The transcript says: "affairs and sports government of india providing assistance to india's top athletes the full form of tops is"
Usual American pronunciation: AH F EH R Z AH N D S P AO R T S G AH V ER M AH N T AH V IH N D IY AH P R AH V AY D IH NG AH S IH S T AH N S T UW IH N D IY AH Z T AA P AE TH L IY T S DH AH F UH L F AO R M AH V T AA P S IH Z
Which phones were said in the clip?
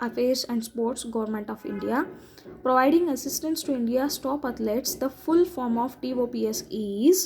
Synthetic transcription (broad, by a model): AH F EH R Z AH N D S P AO R T S G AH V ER M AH N T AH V IH N D IY AH P R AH V AY D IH NG AH S IH S T AH N S T UW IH N D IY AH S T AA P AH T L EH T S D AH F UH L F AO R M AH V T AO P S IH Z